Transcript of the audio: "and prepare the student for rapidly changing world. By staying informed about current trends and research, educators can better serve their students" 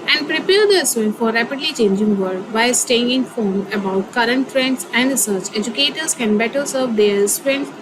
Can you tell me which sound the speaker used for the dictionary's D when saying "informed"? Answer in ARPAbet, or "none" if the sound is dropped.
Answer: none